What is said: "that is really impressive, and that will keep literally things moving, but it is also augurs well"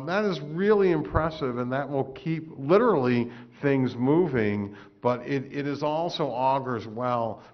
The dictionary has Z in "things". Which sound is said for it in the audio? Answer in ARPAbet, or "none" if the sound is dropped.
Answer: Z